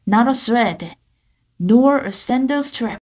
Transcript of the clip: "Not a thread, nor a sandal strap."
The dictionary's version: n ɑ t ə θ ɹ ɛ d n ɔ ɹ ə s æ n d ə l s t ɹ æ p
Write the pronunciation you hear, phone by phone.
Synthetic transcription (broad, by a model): n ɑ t ə s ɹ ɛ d n ɔ ɹ ə s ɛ n d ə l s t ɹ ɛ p